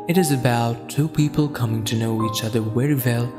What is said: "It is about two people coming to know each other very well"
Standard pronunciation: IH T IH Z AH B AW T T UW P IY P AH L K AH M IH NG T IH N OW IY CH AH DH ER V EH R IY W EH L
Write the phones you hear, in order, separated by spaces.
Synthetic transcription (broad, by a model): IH T IH Z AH B AW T T UW P IY P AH L K AH M IH NG T IH N OW IY CH AH DH ER W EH R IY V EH L